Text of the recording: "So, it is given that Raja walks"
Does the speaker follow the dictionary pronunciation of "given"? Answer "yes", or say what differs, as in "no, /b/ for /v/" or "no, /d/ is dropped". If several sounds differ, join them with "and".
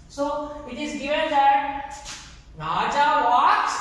no, /v/ is dropped